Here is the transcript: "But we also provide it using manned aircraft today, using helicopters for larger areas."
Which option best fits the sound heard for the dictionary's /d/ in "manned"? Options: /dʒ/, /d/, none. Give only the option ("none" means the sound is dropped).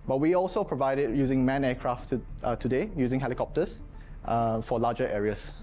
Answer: none